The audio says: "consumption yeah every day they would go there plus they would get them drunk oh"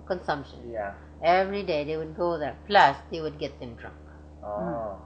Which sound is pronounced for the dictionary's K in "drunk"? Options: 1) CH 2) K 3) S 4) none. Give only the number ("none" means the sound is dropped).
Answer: 2